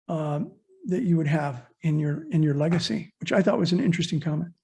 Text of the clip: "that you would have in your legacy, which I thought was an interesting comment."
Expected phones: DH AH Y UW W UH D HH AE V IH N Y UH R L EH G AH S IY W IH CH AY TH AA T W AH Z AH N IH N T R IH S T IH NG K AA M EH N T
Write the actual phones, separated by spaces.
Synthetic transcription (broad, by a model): DH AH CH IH W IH D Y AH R IH N Y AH R L EH G AH S IY W IH CH AY TH AA T W AH Z AH N IH N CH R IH S T IH NG K AA M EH N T